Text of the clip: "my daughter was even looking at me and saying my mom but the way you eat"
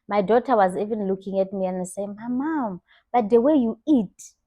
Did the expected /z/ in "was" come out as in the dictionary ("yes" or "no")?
yes